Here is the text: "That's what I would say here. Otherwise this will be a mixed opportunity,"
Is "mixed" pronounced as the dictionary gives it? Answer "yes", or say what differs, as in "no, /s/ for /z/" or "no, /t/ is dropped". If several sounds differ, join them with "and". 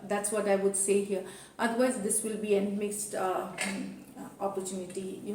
yes